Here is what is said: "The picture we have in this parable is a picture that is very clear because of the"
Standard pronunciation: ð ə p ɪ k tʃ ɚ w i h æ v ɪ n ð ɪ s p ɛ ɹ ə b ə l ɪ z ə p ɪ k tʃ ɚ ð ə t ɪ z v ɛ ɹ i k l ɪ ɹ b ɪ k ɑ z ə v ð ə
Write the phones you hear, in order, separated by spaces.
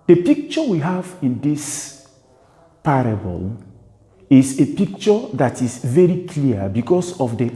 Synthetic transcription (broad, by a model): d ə p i k tʃ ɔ w i h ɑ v ɪ n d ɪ s p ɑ ɹ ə b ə l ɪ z ə p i k tʃ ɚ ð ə t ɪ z v ɛ ɹ i k l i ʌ b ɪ k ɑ s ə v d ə